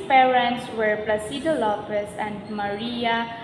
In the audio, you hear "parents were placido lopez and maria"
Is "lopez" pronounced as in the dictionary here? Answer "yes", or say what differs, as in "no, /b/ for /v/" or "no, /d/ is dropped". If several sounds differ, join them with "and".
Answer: no, /f/ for /p/